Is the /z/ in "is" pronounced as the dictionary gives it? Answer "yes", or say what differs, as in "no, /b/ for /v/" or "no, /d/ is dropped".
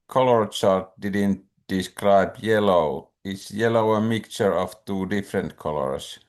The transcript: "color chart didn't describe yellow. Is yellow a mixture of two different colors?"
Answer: no, /s/ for /z/